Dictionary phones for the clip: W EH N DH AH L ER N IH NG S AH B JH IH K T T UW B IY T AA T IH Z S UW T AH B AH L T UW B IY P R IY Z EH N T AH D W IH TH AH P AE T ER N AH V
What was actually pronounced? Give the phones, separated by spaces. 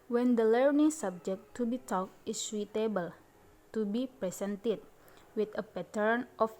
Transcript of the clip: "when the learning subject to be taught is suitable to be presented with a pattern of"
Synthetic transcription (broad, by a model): W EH N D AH L ER N IH NG S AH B JH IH K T T UW B IY T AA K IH S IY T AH B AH L T UW B IY P R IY S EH N T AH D W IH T AH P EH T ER N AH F